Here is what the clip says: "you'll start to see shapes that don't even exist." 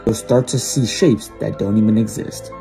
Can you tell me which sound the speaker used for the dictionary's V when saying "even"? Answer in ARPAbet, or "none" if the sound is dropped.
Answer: V